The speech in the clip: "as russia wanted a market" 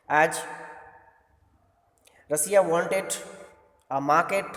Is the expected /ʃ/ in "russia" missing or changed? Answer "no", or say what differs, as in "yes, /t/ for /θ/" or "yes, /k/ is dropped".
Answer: yes, /s/ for /ʃ/